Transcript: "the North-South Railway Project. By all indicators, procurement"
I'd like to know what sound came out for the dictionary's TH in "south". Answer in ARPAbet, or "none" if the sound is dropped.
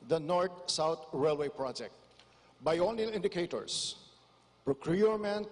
T